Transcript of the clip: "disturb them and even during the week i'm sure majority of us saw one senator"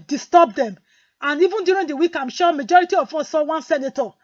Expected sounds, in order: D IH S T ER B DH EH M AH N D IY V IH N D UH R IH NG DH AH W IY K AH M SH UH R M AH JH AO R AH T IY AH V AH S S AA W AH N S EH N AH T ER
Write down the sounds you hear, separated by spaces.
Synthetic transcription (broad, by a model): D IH S T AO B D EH M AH N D IY V IH N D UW R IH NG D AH W IY K AH M SH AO M AH JH AO R AH T IY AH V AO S S AA W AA N S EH N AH T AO